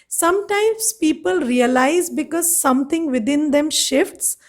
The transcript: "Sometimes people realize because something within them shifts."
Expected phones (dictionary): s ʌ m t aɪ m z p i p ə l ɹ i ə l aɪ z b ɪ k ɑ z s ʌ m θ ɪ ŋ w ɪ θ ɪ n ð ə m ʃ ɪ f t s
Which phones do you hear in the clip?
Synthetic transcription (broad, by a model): s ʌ m t aɪ m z p i p ə l ɹ i ə l aɪ z b ɪ k ɑ z s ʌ m t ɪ ŋ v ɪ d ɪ n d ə m ʃ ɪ f t s